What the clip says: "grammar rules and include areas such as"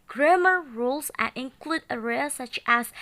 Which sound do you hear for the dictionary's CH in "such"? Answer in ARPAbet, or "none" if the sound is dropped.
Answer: CH